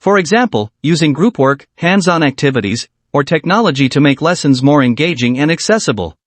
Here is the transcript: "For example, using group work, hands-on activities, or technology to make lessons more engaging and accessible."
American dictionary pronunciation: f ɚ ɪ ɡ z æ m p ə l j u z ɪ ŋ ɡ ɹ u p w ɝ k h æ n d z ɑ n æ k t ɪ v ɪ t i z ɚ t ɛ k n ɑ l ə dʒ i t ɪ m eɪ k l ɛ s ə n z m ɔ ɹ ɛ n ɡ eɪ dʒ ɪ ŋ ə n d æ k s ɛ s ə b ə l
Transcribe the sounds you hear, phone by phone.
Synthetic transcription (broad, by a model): f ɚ ɪ ɡ z æ m p ə l j u z ɪ ŋ ɡ ɹ u p w ɝ k h æ n d z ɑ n æ k t ɪ v ɪ t i z ɚ t ɛ k n ɑ l ə dʒ i t ɪ m eɪ k l ɛ s ə n z m ɔ ɹ ɛ n ɡ eɪ dʒ ɪ ŋ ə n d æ k s ɛ s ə b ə l